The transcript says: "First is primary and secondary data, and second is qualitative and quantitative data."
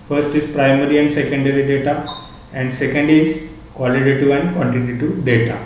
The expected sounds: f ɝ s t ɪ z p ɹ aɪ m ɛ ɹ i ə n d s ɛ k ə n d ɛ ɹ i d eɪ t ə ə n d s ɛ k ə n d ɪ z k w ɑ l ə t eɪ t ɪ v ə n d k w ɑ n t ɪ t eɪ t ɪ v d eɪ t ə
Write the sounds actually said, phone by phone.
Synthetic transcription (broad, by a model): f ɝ s t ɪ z p ɹ aɪ m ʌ ɹ i ə n d s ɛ k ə n d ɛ ɹ i d eɪ t ə ə n d s ɛ k ə n d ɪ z k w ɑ l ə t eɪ t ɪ ə n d k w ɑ n t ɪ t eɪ t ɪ d eɪ t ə